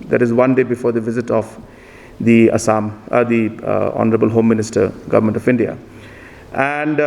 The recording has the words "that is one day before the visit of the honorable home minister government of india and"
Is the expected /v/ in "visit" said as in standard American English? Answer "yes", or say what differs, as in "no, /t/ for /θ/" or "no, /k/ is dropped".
yes